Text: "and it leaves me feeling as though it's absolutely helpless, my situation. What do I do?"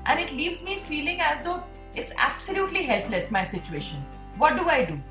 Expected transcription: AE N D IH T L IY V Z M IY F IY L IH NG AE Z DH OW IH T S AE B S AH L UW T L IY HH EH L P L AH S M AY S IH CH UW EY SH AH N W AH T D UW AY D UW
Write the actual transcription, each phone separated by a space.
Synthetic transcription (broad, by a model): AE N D IH T L IY V Z M IY F IY L IH NG AE Z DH OW IH T S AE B S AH L UW T L IY HH EH L P L AH S M AY S IH CH UW EY SH AH N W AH T D UW AY D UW